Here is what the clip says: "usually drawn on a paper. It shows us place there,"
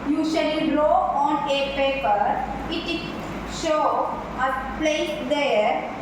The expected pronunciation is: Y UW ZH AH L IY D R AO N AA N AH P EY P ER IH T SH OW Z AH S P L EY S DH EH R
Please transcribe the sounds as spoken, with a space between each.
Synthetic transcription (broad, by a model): Y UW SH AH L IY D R AO AA N AH P EY P ER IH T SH OW AH P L EY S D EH R